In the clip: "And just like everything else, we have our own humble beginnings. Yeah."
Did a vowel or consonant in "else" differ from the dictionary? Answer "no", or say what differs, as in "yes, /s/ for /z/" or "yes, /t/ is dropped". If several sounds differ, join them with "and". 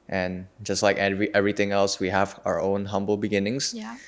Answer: no